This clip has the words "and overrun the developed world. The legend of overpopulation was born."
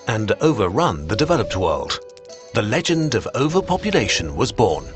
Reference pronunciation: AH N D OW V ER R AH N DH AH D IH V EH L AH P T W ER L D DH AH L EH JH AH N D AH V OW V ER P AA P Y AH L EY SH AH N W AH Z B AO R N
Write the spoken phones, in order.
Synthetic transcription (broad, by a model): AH N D OW V ER R AH N DH AH D IH V EH L AH P T W ER L D DH AH L EH JH AH N D AH V OW V ER P AA P Y AH L EY SH AH N W AH Z B AO R N